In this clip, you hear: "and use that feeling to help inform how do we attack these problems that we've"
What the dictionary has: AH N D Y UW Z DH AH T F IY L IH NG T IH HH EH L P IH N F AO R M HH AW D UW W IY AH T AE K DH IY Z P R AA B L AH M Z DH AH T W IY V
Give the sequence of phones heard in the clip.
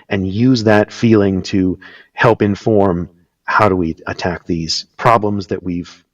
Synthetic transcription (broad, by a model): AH N Y UW Z DH AH T F IY L IH NG T IH HH EH L P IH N F AO R M HH AW D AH W IY AH T AE K DH IY Z P R AA B L AH M Z DH AH T W IY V